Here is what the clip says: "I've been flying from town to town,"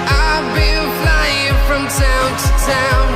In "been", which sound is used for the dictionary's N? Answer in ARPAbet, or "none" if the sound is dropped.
L